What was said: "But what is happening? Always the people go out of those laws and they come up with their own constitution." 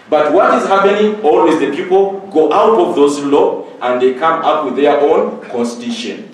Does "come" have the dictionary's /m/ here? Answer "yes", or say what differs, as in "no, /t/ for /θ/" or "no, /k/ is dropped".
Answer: yes